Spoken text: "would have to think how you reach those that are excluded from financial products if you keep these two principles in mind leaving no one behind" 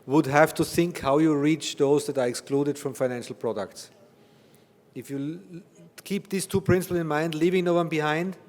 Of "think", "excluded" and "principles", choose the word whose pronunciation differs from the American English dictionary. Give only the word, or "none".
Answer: principles